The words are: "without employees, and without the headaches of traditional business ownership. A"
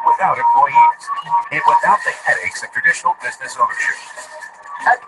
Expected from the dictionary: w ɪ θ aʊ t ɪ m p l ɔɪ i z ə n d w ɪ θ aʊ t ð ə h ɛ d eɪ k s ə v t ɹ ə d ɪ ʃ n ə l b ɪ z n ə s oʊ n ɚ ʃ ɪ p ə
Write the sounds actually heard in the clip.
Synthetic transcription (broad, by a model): w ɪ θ aʊ t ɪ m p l ɔɪ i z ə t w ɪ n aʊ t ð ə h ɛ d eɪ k s ə v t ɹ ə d ɪ ʃ n l b ɪ z n ə s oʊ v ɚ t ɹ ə